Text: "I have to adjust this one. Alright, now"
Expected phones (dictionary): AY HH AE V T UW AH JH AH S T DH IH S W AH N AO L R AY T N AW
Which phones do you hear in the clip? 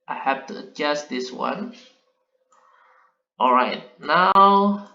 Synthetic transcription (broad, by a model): AY HH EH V T UW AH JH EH S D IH S W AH N AO L R AY T N AW